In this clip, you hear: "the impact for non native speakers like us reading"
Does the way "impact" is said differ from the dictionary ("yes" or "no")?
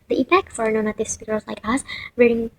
yes